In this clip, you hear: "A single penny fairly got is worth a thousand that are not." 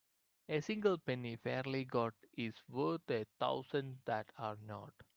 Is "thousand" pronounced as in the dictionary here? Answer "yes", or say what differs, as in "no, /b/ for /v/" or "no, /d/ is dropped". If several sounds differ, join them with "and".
no, /t/ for /θ/